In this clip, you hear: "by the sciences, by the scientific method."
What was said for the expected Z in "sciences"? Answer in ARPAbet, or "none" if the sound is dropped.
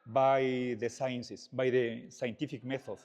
S